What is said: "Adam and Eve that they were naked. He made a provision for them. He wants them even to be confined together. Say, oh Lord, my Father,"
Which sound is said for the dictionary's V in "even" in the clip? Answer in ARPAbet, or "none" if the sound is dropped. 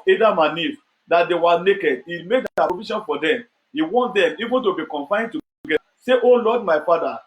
V